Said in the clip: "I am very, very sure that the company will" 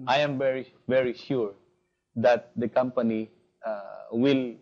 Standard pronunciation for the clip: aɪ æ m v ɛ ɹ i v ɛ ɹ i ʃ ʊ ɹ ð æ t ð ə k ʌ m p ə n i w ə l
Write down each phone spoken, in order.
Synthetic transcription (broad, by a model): aɪ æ m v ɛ ɹ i v ɛ ɹ i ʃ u ɹ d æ t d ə k ʌ m p ə n i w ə l